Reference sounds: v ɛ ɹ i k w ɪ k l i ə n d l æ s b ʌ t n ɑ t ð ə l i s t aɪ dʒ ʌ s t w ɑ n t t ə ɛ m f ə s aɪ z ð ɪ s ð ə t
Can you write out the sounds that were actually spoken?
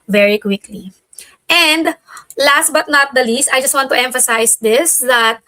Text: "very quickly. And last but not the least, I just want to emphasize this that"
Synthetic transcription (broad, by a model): v ɛ ɹ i k w ɪ k l i ə n d l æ s b ʌ t n ɑ t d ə l i s t aɪ dʒ ʌ s t w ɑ n t t ɛ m f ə s aɪ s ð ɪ s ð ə t